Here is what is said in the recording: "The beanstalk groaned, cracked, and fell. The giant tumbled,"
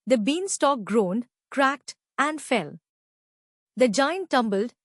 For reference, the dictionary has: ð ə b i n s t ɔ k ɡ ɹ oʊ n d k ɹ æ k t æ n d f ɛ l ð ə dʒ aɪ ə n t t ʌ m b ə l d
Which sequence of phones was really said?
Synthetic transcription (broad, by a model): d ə b i n s t ɔ k ɡ ɹ oʊ n d k ɹ æ k t æ n d f ɛ l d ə dʒ aɪ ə n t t ʌ m b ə l d